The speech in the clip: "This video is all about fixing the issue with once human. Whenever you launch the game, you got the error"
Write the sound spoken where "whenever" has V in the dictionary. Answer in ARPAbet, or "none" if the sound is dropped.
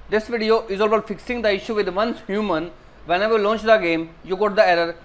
none